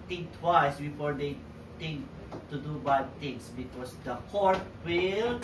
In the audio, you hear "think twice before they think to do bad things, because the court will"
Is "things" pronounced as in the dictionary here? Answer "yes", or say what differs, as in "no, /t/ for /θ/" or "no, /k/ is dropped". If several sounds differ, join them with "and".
no, /t/ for /θ/ and /s/ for /z/